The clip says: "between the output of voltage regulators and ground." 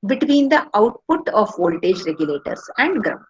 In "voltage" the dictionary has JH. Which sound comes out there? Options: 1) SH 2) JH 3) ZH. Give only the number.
2